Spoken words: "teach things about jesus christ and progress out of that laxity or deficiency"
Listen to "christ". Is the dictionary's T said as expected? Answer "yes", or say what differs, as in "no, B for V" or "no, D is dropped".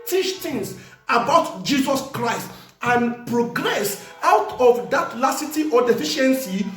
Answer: yes